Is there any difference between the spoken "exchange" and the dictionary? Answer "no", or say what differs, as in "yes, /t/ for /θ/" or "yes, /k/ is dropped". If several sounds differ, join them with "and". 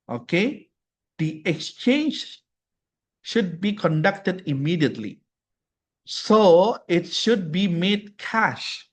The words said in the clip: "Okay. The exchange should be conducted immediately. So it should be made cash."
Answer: no